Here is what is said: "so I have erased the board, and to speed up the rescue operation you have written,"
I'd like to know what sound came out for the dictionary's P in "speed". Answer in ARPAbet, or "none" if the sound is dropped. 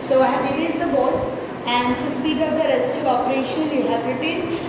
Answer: B